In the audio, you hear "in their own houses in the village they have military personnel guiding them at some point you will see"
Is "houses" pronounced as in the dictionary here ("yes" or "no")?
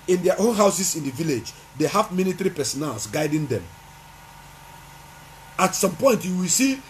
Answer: no